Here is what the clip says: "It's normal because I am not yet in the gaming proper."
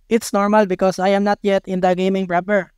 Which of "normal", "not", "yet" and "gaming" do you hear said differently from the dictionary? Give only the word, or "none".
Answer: none